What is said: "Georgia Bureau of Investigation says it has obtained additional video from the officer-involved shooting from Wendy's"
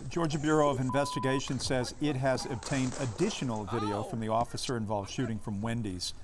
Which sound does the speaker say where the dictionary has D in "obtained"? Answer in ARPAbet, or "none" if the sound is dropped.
D